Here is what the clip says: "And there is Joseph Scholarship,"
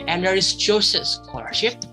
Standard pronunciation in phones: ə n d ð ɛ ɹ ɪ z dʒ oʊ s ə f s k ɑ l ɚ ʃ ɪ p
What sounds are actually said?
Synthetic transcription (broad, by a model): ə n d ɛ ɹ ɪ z tʃ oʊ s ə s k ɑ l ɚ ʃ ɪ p